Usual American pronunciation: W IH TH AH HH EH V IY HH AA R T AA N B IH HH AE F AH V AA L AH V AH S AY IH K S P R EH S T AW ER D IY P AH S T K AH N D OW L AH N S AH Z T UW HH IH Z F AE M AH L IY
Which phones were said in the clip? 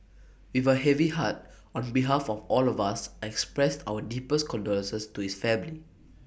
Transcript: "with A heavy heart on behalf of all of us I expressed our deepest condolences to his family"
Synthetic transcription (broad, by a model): W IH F AH HH EH V IY HH AA T AA N B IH HH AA F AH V AA L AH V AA S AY IH K S P R EH S T AW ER D IY P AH S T K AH N D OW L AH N S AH S T UW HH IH S F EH M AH L IY